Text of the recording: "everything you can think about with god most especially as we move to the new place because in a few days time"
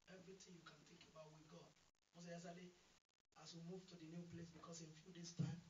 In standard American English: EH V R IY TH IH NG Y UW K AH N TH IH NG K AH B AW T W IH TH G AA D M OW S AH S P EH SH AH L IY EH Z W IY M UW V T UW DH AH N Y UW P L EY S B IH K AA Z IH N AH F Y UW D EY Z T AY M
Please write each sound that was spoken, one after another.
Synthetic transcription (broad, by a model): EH V R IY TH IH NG Y UW K AH N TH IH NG K AH B AW T W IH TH G AA D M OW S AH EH S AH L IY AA S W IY M UW V T UW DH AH N Y UW P L EY S B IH K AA S IH N F Y UW D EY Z T AY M